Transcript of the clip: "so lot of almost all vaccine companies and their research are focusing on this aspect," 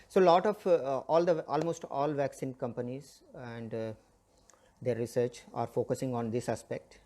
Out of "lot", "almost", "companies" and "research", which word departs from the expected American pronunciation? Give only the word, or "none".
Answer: none